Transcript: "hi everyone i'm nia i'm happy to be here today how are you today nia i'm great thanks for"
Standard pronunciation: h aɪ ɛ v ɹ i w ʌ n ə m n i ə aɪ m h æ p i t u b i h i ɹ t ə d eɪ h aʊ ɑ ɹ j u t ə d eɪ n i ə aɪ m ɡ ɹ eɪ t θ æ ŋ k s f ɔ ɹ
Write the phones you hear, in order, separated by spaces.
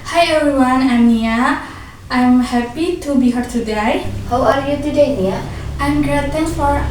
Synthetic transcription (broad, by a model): h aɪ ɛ ɹ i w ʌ n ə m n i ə aɪ m h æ p i t u b i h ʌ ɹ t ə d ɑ h aʊ ɑ ɹ j u t ə d eɪ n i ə aɪ m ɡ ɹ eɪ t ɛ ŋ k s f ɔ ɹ